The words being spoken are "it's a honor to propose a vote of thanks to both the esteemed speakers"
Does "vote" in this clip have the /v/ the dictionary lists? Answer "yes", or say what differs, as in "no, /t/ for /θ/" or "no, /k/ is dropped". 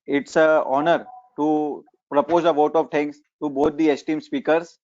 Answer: yes